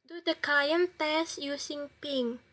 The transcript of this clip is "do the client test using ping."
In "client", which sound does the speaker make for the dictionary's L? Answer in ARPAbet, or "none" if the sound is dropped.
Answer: none